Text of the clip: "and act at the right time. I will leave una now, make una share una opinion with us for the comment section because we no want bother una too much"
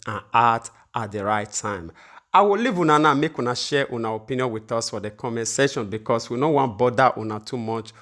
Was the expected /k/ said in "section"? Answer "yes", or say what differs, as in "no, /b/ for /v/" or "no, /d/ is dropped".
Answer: no, /k/ is dropped